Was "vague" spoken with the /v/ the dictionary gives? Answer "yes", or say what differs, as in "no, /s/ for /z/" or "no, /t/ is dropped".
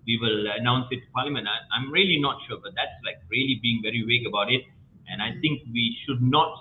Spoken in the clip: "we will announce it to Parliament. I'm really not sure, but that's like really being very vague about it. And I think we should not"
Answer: no, /w/ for /v/